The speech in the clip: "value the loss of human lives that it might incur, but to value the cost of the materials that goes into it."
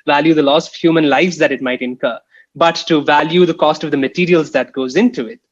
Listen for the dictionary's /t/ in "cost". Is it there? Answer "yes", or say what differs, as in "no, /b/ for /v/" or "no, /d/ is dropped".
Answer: yes